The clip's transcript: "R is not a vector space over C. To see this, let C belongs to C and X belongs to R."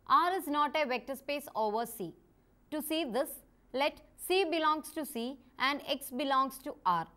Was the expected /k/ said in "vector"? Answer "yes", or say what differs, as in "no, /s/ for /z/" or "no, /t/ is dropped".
yes